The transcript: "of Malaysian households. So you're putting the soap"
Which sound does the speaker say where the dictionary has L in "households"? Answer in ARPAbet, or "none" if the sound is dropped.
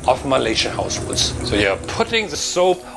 none